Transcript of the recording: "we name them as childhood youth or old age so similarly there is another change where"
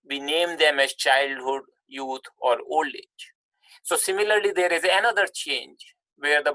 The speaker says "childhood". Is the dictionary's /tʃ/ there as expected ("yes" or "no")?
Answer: yes